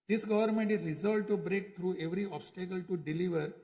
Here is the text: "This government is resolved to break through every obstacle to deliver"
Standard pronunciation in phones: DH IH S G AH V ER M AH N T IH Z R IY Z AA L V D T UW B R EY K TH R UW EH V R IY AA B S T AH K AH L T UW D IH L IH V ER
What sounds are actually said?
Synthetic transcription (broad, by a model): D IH S G AH V ER M AH N T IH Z R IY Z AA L D T UW B R EY K T R UW EH V R IY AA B S T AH K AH L T UW D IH L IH V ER